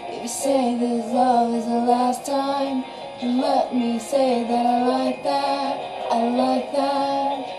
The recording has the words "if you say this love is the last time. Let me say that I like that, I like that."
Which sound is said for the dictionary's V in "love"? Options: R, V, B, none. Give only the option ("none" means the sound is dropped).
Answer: none